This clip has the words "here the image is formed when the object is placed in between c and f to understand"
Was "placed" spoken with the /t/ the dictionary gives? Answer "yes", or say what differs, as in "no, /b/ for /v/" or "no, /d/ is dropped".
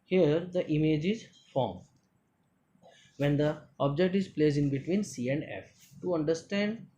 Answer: no, /t/ is dropped